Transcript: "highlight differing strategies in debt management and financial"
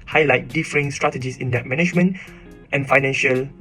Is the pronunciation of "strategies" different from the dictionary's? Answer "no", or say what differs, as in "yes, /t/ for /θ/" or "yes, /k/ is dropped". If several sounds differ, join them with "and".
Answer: yes, /s/ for /z/